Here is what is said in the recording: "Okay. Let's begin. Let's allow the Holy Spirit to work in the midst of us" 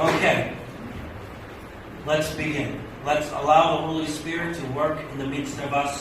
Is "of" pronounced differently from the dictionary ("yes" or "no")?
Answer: no